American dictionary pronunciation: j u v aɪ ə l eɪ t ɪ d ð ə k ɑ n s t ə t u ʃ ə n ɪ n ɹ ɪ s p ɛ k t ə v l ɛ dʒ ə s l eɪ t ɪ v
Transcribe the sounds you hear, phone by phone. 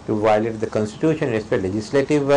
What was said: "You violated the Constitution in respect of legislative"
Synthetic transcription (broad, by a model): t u v aɪ l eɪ t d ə k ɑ n s t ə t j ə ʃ ɪ n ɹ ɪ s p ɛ t l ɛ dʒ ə s l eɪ t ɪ v